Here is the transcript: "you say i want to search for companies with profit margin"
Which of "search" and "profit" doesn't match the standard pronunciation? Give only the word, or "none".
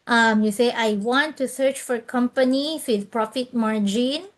none